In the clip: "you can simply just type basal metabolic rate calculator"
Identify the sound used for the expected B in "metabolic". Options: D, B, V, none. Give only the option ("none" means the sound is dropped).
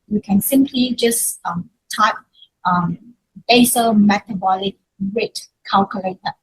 B